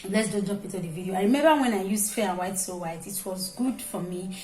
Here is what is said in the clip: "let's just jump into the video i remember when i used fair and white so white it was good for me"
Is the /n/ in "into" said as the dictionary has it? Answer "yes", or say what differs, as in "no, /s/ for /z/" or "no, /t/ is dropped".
no, /n/ is dropped